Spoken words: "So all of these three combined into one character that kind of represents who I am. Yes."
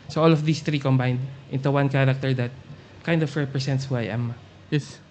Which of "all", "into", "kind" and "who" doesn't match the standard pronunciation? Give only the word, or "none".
none